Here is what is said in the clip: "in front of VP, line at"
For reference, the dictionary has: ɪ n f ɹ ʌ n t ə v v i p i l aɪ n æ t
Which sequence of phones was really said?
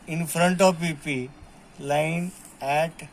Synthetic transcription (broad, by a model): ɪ n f ɹ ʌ n t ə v p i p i l aɪ n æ t